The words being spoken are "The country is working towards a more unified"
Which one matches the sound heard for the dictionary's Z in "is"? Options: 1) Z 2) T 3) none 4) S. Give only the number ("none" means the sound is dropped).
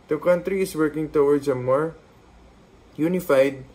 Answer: 4